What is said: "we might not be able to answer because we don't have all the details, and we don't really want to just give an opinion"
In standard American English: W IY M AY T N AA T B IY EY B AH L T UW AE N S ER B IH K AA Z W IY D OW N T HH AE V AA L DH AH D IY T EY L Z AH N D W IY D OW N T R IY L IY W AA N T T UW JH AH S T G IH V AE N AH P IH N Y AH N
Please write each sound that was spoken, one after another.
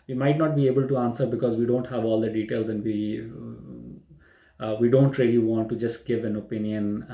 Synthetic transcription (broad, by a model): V IY M AY T N AA T B IY EY B AH L T UW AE N S ER B IH K AA Z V IY D OW N T HH AE V AA L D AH D IY T EY L Z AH N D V IY D OW N T R IY L IY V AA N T T UW JH AH S T G IH V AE N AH P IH N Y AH N